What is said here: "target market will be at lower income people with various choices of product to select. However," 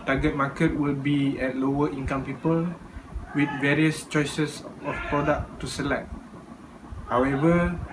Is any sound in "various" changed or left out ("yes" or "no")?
no